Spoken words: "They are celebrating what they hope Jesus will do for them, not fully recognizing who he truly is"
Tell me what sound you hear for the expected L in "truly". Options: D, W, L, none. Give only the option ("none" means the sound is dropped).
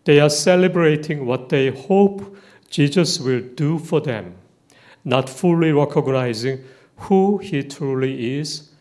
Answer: L